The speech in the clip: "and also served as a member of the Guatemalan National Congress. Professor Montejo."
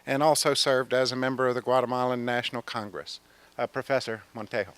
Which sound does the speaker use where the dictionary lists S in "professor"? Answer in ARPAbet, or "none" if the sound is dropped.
S